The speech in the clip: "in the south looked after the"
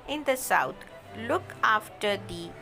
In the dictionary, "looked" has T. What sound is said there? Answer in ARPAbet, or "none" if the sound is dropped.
none